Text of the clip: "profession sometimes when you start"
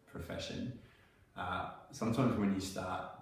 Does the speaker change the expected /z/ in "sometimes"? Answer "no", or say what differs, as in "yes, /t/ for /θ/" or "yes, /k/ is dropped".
no